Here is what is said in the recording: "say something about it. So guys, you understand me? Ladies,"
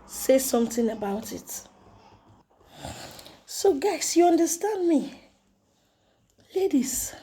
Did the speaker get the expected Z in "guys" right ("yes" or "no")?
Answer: no